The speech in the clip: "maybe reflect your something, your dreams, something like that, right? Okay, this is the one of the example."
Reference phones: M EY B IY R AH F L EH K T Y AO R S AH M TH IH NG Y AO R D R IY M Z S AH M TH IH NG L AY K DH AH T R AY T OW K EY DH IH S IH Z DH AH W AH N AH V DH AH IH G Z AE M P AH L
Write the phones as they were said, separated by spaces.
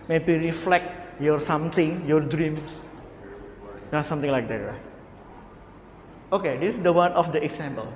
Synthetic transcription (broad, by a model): M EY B IY R AH F L EH K T Y AO R S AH M T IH NG Y AO R D R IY M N S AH M T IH NG L AY K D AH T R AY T OW K EY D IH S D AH W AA N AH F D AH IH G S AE M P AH L